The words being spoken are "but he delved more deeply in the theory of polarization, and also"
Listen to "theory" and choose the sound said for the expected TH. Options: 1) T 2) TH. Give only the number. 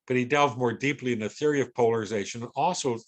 2